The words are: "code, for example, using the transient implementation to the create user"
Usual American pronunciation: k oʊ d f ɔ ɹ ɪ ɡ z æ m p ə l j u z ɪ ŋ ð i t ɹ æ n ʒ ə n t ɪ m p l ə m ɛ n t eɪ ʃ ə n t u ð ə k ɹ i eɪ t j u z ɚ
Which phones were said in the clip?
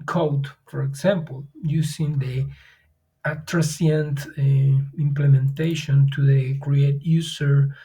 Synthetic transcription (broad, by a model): k oʊ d f ɔ ɹ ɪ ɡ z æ m p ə l j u s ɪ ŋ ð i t ɹ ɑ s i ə n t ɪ m p l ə m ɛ n t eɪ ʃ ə n t u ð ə k ɹ i eɪ t j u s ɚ